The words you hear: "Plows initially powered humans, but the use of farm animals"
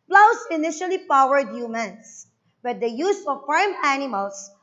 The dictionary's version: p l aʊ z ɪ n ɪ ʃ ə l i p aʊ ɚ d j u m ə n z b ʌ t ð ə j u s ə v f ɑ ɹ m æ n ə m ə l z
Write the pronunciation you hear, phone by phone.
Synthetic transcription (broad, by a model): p l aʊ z ɪ n ɪ ʃ ə l i p aʊ ɚ d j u m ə n s b ʌ t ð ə j u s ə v f ɑ ɹ m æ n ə m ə l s